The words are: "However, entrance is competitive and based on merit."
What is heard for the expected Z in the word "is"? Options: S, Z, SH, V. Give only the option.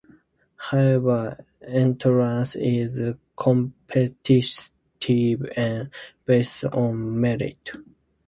Z